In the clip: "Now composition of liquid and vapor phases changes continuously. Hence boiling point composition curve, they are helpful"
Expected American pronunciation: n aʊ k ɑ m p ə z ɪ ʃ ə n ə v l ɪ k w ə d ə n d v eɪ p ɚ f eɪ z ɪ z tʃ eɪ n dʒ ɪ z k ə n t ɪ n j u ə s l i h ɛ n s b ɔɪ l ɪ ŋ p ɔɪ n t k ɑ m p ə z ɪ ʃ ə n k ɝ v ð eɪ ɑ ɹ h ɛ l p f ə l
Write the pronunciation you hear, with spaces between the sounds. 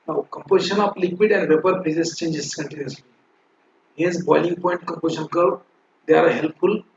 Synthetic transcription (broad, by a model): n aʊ k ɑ m p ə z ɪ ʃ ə n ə p l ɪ k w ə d ə n d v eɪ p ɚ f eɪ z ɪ s tʃ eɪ n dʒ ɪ s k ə n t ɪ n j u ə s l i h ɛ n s b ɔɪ l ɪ ŋ p ɔɪ n t k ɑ m p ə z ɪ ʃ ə n k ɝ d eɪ ɑ ɹ h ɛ l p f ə l